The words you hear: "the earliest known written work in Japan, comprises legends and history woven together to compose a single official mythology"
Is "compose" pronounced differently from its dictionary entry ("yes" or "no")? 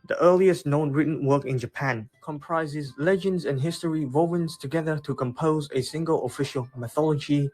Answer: no